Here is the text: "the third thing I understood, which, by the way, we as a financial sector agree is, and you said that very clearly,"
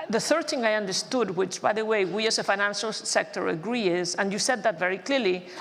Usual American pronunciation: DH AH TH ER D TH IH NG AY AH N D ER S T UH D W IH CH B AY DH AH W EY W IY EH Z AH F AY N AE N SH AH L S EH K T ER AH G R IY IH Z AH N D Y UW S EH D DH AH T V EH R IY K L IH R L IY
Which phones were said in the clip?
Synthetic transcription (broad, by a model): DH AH TH ER D TH IH NG AY AH N D ER S T UH D W IH CH B AY DH AH W EY W IY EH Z AH F AY N AE N SH AH L S EH K T ER AH G R IY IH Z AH N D Y UW S EH D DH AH T V EH R IY K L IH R L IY